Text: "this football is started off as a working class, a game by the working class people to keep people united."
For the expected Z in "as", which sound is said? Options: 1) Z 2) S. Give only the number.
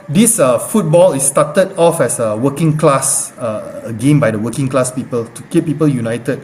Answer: 2